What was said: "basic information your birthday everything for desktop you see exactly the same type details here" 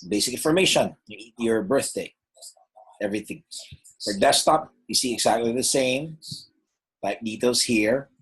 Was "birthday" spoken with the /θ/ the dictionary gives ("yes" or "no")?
yes